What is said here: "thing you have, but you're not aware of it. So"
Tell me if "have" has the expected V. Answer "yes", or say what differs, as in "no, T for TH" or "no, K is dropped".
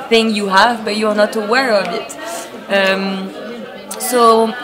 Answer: yes